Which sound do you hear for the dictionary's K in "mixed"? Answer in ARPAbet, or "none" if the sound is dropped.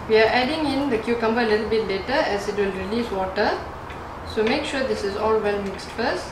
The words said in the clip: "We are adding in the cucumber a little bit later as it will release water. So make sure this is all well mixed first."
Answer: K